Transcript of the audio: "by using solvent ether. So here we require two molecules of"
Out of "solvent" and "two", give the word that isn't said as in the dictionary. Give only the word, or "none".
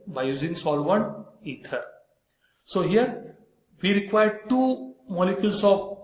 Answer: solvent